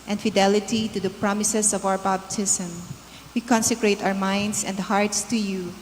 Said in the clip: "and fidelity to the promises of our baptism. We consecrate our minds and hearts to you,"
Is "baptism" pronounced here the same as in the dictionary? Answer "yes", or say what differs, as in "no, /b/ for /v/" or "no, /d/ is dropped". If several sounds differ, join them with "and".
no, /b/ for /p/